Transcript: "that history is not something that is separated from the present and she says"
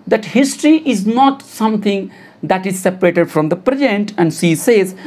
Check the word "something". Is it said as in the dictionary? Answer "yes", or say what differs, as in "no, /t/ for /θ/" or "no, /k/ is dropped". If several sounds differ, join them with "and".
no, /t/ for /θ/